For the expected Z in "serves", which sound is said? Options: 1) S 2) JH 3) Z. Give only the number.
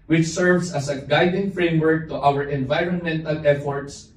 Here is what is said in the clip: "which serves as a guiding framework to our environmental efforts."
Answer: 1